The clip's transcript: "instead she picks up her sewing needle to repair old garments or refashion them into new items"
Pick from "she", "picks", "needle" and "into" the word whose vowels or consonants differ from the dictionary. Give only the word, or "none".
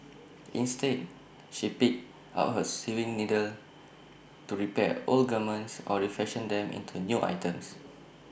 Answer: picks